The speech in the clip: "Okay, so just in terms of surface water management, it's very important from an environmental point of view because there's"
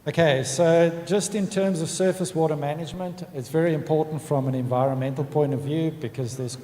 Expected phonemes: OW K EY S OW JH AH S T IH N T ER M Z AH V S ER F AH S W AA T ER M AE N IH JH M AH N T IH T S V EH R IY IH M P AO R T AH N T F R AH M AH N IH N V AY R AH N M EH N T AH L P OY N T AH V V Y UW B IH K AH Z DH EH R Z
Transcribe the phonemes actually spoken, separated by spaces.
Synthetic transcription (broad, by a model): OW K EY S OW JH AH S T IH N T ER M Z AH V S ER F AH S W AA T ER M AE N IH JH M AH N T IH T S V EH R IY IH M P AO R T N T F R AH M AH N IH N V AY R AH N M EH N T L P OY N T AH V V Y UW B IH K AH Z DH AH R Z